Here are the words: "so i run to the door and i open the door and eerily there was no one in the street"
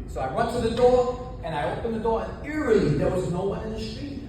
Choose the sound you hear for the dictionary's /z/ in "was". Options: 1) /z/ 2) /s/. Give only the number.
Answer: 1